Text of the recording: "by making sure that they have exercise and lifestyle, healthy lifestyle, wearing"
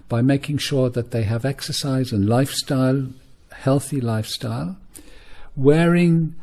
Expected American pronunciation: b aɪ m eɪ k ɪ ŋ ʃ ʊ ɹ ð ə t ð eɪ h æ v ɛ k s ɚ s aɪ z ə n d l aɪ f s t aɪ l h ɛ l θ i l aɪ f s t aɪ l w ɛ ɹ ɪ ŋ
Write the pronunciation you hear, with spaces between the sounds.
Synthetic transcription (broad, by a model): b aɪ m eɪ k ɪ ŋ ʃ ʊ ɹ ð ə t ð eɪ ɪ v ɛ k s ɚ s aɪ z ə n l aɪ f s t aɪ l h ɛ l θ i l aɪ f s t aɪ l w ɛ ɹ ɪ ŋ